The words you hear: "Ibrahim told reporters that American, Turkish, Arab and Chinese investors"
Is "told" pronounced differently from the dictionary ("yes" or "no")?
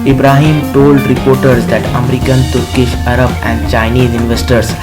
no